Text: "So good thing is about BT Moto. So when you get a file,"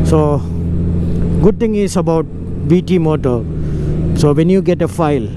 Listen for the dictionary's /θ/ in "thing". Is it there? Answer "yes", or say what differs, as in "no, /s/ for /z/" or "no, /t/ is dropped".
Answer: no, /t/ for /θ/